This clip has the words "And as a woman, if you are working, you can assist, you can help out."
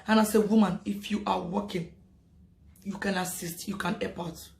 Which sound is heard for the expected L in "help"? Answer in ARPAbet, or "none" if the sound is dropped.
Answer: none